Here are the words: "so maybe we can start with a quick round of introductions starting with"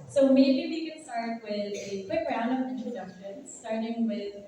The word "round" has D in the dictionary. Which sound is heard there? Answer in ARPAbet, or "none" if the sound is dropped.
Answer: none